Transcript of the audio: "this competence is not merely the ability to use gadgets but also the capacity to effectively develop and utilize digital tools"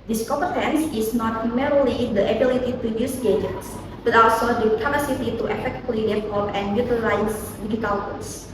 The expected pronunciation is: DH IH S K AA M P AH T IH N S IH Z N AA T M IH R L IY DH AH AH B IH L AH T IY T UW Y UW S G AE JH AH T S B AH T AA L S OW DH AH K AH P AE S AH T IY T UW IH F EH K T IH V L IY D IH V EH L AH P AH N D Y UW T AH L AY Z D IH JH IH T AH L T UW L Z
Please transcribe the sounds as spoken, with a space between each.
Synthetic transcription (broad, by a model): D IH S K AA P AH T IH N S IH S N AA T M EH R L IY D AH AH B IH L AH T IY T UW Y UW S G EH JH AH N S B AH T AA L S OW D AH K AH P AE S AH T IY T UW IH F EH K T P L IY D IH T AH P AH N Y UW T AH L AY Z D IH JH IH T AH L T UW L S